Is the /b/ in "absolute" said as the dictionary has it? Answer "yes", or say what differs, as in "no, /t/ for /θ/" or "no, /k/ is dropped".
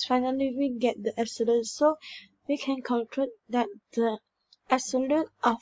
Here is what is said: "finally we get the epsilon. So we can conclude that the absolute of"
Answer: no, /b/ is dropped